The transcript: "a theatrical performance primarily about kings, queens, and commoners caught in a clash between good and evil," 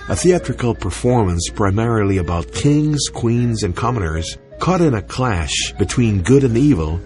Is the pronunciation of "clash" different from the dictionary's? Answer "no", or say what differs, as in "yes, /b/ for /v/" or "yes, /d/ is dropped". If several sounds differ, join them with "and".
no